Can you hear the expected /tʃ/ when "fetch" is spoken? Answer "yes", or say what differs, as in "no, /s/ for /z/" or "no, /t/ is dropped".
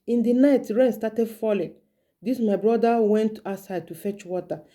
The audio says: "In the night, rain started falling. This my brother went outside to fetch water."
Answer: yes